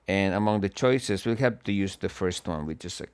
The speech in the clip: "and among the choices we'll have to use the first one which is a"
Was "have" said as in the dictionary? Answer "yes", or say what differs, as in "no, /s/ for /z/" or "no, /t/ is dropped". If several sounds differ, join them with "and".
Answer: no, /p/ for /v/